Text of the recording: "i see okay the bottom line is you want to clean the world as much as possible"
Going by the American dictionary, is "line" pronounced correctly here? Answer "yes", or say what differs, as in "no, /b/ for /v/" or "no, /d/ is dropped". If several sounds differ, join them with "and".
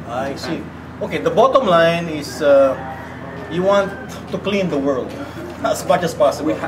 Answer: yes